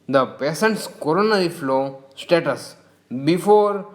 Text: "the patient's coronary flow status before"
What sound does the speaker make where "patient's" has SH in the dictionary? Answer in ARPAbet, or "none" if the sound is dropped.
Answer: S